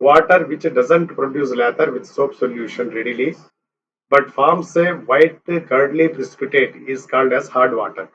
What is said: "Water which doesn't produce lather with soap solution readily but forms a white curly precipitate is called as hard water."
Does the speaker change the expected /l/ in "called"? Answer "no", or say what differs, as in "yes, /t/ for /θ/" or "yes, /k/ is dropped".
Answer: yes, /n/ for /l/